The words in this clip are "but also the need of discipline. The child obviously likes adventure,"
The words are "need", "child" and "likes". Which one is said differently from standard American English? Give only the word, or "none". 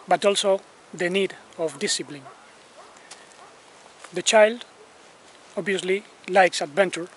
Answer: none